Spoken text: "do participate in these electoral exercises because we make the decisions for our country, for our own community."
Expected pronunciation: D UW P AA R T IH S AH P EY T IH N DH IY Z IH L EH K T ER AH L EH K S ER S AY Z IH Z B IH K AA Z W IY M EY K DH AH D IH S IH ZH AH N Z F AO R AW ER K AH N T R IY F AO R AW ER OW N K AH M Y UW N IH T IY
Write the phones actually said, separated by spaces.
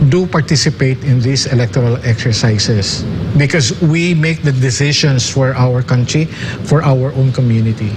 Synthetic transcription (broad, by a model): D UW P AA R T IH S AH P EY T IH N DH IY S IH L EH K T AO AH L EH K S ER S AY S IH S B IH K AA S W IY M EY K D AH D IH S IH SH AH N S F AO R AW ER K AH N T R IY F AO R AW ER OW N K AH M Y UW N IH T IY